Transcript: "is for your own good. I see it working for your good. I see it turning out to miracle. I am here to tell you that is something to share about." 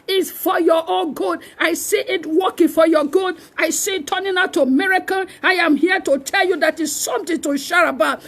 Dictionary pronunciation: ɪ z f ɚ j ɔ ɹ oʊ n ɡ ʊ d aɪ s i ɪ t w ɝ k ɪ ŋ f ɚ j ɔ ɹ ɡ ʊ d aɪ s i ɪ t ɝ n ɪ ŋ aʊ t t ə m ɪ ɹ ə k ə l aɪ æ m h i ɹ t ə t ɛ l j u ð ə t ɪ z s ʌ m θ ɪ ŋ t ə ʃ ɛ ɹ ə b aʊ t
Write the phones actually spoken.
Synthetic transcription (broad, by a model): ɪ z f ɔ j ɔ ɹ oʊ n ɡ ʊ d aɪ s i ɪ t w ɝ k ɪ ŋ f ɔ j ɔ ɡ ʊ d aɪ s i t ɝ n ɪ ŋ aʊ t t ə m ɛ ɹ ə k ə n aɪ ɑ m h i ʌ t ə t ɛ l j u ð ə t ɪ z s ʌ m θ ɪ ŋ t ə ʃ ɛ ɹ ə b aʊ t